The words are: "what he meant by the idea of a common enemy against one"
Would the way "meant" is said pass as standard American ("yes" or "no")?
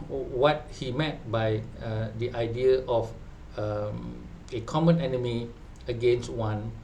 no